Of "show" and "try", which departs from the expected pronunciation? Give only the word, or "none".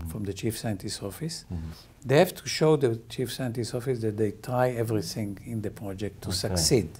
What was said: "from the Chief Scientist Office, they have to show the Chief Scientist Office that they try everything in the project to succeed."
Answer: none